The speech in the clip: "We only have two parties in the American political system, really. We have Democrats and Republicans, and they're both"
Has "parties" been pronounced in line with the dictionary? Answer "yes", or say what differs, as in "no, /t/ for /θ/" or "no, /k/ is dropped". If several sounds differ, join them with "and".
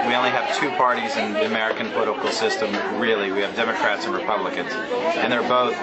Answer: yes